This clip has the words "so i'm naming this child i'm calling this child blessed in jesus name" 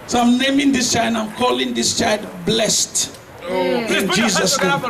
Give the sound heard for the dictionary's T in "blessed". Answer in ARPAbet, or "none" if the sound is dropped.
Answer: T